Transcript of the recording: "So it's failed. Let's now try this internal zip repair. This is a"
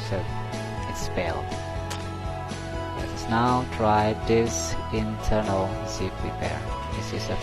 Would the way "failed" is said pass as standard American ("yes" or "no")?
no